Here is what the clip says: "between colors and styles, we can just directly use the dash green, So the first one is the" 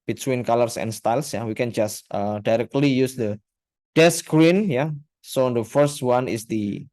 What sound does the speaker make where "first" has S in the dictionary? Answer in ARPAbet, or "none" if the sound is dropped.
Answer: S